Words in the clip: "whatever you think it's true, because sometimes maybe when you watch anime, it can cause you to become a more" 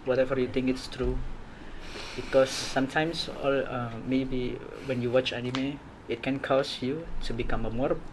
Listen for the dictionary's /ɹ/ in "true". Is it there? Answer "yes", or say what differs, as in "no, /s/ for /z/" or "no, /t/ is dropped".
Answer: yes